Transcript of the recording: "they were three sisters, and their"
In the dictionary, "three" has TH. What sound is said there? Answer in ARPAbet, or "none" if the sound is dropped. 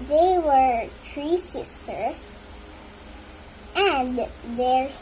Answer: T